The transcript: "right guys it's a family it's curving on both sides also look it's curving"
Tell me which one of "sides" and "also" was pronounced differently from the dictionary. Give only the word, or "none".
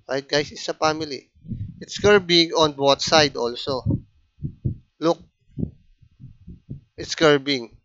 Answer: sides